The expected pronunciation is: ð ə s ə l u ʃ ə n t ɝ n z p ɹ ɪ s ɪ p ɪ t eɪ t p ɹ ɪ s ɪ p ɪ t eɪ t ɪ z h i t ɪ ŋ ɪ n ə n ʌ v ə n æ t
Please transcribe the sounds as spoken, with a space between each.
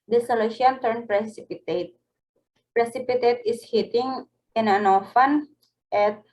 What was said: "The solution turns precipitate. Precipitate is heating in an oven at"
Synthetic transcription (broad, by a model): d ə s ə l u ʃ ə n t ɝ n p ɹ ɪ s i p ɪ t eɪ t p ɹ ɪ s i p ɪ t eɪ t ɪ s h i t ɪ ŋ ɪ n ə n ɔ f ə n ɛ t